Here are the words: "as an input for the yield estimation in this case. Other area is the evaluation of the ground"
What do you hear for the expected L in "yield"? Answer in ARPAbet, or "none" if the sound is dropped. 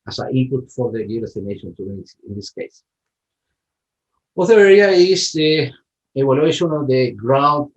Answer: none